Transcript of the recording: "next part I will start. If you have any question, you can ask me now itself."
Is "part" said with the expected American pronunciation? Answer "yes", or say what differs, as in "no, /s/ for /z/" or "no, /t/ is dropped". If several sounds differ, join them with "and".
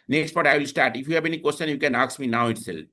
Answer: no, /b/ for /p/